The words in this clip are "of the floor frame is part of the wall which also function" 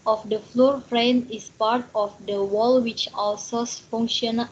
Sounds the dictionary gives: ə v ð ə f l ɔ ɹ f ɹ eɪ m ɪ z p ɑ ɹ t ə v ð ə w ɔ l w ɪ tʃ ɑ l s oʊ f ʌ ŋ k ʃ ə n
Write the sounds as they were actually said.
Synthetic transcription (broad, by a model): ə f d ə f l ɔ ɹ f ɹ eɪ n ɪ s p ɑ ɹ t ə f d ə w ɔ l w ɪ tʃ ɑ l s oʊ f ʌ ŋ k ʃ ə n